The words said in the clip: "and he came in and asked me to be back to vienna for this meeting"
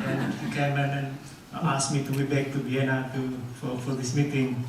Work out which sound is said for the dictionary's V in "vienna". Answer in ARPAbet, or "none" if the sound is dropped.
B